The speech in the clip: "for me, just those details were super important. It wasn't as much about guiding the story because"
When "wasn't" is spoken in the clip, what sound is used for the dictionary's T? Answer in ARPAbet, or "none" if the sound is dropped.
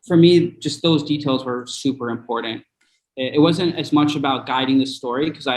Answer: T